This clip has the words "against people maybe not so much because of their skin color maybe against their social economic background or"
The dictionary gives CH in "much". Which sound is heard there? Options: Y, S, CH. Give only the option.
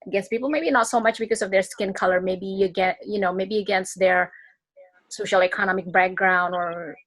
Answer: CH